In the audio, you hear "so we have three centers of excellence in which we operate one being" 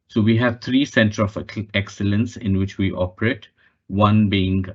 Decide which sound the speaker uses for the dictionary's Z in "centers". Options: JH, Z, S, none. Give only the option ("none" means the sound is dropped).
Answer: none